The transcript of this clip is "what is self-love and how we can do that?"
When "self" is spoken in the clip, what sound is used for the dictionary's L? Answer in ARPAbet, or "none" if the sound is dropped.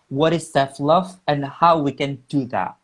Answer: none